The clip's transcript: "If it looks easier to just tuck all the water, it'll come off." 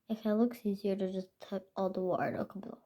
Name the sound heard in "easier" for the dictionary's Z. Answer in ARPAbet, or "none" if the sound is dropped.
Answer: Z